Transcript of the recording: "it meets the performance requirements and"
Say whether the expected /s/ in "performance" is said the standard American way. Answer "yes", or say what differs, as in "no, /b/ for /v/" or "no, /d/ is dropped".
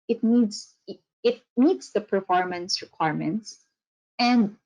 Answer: yes